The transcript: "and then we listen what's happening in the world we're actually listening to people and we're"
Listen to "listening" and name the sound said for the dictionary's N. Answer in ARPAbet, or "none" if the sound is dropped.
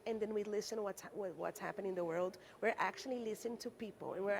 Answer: none